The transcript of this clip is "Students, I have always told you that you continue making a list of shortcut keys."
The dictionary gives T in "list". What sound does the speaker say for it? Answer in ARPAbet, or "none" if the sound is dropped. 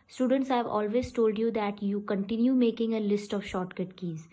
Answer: T